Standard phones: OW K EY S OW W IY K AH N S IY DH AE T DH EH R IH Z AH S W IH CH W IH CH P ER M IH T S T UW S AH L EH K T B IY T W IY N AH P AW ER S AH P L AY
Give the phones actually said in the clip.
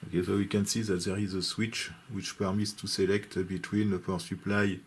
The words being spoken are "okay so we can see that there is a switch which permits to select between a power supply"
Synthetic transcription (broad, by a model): OW K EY S OW W IY K AH N S IY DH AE T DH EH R IH Z AH S W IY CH W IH CH P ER M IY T S T UW S AH L EH K T B IY T W IY N AH F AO S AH P L AY